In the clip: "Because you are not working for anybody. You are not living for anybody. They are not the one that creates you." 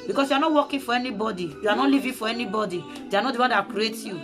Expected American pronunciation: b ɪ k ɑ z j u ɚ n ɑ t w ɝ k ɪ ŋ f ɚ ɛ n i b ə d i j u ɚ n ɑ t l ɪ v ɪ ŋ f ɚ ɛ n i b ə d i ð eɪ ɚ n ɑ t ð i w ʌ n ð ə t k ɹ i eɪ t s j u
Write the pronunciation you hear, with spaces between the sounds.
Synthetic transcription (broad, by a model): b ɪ k ɑ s j u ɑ n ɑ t w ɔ k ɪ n f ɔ ɛ n i b ə d i j u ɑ n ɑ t l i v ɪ f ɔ ɛ n i b ə d i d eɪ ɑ n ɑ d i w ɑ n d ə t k ɹ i eɪ t j u